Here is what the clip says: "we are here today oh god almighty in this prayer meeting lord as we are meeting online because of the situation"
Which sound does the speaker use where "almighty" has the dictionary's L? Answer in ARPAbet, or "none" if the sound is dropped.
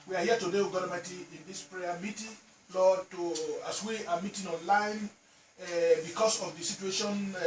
none